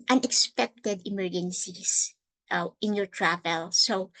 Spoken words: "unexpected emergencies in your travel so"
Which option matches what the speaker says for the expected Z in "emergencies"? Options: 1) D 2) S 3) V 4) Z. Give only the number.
2